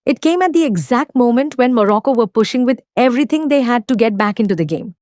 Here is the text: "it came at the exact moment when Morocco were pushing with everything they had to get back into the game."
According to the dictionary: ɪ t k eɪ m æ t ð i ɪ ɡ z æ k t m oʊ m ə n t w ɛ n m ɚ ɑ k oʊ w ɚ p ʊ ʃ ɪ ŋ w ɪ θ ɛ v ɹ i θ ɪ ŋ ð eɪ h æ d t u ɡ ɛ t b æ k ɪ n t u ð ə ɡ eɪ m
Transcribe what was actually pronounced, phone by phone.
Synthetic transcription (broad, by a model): ɪ t k eɪ m æ t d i ɪ ɡ z æ k t m oʊ m ə n t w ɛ n m ɚ ɑ k oʊ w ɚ p ʊ ʃ ɪ ŋ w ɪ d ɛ v ɹ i t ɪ ŋ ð eɪ h æ d t u ɡ ɛ t b æ k ɪ n t u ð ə ɡ eɪ m